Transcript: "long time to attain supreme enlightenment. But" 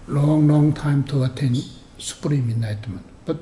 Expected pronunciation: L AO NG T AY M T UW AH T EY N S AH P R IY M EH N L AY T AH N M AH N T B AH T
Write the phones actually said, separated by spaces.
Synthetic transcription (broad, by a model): L AO NG T AY M T UW AH T EY N S AH P R IY M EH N AY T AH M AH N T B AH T